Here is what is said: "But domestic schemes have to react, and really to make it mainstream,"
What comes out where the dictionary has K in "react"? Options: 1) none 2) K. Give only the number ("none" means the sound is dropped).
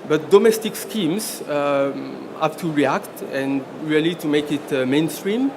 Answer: 2